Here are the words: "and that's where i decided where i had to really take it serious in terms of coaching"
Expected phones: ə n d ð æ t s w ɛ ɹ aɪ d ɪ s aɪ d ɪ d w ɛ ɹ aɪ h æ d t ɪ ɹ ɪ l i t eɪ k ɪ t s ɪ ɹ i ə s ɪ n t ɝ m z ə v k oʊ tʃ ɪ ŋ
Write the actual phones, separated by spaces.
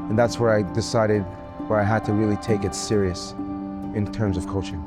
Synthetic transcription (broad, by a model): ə n ð æ t s w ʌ ɹ aɪ d ɪ s aɪ d ɪ d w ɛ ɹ aɪ h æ d t ɪ ɹ ɪ l i t eɪ k ɪ t s ɪ ɹ i ə s ɪ n t ɝ m z ə v k oʊ tʃ ɪ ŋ